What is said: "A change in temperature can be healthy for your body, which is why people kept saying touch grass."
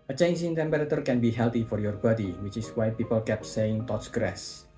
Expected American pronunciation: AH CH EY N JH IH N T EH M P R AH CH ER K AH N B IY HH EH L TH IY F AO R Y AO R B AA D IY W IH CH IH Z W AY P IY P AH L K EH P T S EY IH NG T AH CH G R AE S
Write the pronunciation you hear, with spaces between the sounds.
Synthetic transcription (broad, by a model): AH CH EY N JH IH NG T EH M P R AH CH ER K AH N B IY HH EH L T IY F AO R Y AO R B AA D IY W IH CH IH S W AY P IY P AH L K EH P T S EY IH NG T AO S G R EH S